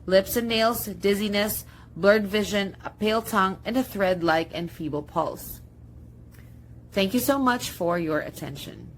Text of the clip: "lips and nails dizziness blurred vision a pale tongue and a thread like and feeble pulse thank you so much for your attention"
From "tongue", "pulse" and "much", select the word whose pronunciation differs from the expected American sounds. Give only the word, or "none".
none